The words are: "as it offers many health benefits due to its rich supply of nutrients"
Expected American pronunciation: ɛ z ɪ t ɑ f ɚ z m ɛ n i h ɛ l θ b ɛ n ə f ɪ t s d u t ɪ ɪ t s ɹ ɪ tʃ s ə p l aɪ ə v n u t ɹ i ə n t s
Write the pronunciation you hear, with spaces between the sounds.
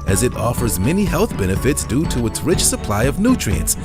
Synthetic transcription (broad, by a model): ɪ z ɪ t ɑ f ɚ z m ɛ n i h ɛ l θ b ɛ n ə f ɪ t s d u t ɪ ɪ t s ɹ ɪ tʃ s ə p l aɪ ə v n u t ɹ i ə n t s